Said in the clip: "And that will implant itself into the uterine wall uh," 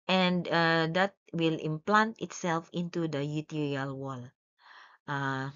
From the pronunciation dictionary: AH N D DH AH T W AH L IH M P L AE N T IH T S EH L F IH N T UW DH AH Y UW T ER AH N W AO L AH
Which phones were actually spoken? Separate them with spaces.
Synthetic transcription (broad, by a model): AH N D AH T W AH L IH M P L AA N T IH T S EH L F IH N T UW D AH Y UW T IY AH L W AO L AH